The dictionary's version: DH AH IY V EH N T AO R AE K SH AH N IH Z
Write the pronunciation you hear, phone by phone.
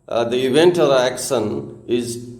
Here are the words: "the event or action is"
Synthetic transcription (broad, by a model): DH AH IY V EH N T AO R AE K SH AH N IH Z